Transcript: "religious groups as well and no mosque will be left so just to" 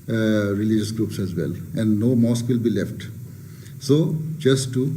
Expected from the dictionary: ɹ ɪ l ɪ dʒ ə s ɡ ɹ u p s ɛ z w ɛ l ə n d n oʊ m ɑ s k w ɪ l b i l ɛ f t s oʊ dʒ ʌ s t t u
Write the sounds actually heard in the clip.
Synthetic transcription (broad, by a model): ɹ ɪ l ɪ dʒ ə s ɡ ɹ u p s ɛ z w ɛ l ə n d n oʊ m ɑ s k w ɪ l b i l ɛ f t s oʊ dʒ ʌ s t t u